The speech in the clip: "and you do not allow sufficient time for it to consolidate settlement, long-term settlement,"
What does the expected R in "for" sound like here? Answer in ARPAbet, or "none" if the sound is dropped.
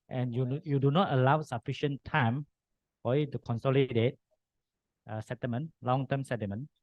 L